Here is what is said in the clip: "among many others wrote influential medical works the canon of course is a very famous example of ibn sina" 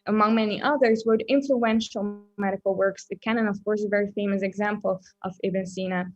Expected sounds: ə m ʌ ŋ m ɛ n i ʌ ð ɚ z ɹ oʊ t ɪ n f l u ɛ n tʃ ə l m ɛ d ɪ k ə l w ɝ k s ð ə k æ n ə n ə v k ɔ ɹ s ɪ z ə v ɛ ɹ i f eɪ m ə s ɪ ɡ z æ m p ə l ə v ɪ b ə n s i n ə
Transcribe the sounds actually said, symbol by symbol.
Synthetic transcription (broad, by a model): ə m ʌ ŋ m ɛ n i ʌ ð ɚ z w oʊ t ɪ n f l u ɛ n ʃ l m ɛ d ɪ k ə l w ɝ k s ð ə k æ n ə n ə v k ɔ ɹ s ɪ ə v ɛ ɹ i f eɪ m ə s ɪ ɡ z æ m p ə l ə v ɪ b ə n s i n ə